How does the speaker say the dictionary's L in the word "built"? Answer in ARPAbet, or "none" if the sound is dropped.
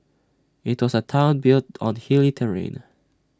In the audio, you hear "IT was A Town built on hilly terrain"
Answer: L